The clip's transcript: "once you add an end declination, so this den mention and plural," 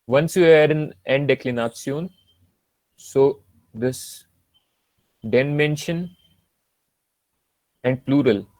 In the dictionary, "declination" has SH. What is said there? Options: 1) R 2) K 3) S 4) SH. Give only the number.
3